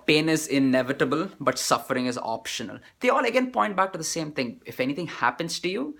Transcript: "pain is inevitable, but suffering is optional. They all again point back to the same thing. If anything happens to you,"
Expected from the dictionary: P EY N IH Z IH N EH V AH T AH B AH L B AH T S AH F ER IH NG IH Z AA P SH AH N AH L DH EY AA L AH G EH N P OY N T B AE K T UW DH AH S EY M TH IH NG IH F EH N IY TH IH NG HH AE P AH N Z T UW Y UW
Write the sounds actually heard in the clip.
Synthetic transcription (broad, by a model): P EY N IH Z IH N EH V AH T AH B AH L B AH T S AH F ER IH NG IH Z AA P SH AH N AH L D EY AA L AH G EH N P OY N T B AE K T UW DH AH S EY M T IH NG IH F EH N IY T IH NG HH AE P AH N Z T UW Y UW